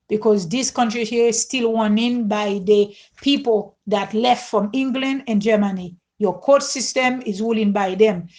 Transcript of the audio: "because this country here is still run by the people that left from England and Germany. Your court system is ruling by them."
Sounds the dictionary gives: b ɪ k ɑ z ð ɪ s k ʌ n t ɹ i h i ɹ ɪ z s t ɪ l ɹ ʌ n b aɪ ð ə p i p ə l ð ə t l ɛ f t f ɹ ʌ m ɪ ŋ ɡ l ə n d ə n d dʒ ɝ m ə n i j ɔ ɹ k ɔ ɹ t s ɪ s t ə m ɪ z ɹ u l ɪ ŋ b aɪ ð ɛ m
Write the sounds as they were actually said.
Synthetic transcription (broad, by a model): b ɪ k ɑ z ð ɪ s k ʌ n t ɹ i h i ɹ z s t ɪ l w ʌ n b aɪ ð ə p i p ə l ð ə t l ɛ f t f ɹ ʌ m ɪ ŋ ɡ l ə n d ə n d dʒ ɝ m ə n i j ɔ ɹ k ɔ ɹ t s ɪ s t ə m ɪ z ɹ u l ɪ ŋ b aɪ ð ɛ m